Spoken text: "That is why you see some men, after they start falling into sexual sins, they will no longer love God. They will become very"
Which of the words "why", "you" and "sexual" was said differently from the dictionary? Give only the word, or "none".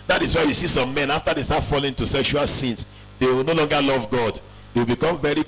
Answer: none